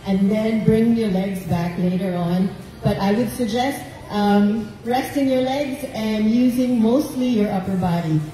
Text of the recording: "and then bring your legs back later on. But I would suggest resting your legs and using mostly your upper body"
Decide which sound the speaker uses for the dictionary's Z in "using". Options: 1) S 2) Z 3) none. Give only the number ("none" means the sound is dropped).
2